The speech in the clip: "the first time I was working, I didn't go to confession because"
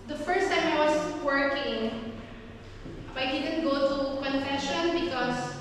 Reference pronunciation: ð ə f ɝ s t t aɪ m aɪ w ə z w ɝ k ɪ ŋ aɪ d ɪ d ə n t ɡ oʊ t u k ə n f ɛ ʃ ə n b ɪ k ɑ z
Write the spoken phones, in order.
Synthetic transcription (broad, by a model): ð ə f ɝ s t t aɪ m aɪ w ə s w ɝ k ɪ ŋ aɪ d ɪ d ə n t ɡ oʊ t u k ə n f ɛ ʃ ə n b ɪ k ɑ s